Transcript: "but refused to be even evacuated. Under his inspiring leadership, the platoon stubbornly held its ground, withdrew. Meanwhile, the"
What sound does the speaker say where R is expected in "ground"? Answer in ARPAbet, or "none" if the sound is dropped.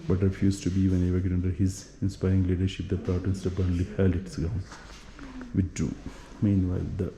none